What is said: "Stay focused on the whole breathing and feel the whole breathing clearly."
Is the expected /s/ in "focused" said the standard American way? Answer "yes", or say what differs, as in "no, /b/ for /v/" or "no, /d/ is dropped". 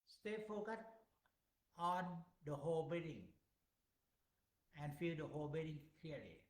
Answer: no, /s/ is dropped